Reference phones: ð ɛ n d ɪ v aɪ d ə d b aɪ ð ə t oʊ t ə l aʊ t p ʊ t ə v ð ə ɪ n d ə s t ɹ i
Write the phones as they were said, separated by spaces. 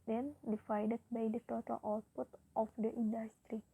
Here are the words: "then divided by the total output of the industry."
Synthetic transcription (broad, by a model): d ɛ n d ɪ f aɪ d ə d b aɪ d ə t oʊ t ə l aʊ t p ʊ t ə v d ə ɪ n d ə s t ɹ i